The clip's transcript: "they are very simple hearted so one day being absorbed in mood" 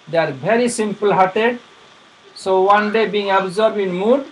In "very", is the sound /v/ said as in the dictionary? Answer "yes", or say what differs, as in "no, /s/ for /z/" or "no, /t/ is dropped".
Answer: no, /b/ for /v/